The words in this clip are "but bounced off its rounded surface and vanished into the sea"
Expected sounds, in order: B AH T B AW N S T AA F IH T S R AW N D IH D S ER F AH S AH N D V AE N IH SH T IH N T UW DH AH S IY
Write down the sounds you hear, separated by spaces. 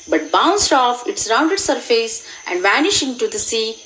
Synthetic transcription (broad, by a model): B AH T B AW N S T AA F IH T S R AW N D IH D S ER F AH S AH N D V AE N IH SH IH N T UW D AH S IY